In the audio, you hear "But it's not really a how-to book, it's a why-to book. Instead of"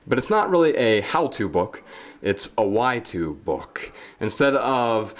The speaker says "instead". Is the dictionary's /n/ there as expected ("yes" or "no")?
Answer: yes